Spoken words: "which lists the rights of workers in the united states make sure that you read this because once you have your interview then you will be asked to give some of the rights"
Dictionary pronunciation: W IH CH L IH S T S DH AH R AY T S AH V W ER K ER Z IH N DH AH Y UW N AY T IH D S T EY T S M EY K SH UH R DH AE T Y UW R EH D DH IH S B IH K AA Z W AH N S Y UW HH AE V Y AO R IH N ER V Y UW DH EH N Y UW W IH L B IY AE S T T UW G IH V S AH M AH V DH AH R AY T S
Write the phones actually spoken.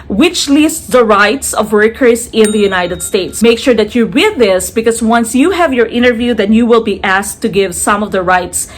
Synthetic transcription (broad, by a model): W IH CH L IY S T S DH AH R AY T S AH V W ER K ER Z IH N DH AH Y UW N AY T IH D S T EY T S M EY K SH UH R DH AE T Y UW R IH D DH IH S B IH K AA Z W AH N S Y UW HH AE V Y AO R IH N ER V Y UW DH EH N Y UW W IH L B IY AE S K T UW G IH V S AH M AH V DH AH R AY T S